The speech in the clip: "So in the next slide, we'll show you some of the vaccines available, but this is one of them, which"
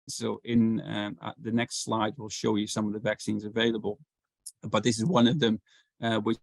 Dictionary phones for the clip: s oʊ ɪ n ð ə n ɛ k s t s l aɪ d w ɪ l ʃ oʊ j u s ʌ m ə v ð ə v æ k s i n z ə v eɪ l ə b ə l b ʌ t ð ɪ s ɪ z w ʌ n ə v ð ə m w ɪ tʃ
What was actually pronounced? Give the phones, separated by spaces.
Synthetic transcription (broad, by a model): s oʊ ɪ n ð ə n ɛ k s t s l aɪ d w ɪ l ʃ oʊ j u s ʌ m ə v ð ə v æ k s i n z ə v eɪ l ə b ə l b ʌ t ð ɪ s ɪ z w ʌ n ə v ð ə m w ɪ